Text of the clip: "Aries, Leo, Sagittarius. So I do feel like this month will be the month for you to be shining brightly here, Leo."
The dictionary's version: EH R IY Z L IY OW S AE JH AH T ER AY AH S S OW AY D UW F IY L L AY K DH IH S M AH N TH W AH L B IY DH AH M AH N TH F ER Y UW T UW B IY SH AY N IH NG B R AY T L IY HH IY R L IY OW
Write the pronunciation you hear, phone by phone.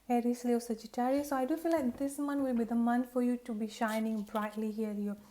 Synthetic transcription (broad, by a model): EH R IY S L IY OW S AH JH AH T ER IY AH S S OW AY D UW F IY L L AY K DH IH S M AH N W AH L B IY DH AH M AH N F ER Y UW T UW B IY SH AY N IH NG B R AY T L IY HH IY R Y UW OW